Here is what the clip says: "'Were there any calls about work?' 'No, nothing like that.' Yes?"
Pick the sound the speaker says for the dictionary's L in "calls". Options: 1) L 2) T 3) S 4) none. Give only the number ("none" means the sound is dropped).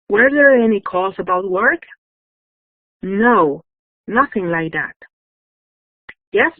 4